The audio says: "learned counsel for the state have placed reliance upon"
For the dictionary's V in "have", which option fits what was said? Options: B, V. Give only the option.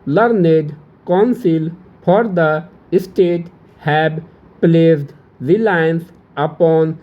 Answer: B